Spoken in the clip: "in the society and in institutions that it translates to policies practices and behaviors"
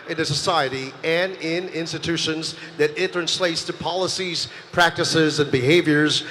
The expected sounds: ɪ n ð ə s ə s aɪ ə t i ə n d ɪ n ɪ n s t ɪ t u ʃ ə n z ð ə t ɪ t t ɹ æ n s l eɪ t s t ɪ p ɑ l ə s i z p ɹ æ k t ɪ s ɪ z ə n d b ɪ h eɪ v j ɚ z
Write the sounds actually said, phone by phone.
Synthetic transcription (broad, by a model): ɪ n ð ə s ə s aɪ ə t i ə n ɪ n ɪ n s t ɪ t u ʃ ə n z ð ə t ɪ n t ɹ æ n s l eɪ t s t ɪ p ɑ l ə s i z p ɹ æ k t ɪ s ɪ z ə n b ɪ h eɪ v j ɚ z